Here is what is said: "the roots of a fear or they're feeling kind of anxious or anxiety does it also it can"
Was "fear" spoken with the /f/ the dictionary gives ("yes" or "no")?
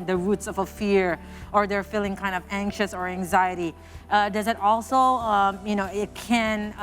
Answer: yes